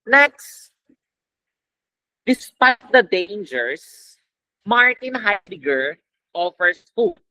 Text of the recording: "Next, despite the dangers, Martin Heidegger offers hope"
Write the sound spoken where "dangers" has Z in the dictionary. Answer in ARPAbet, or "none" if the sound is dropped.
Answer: S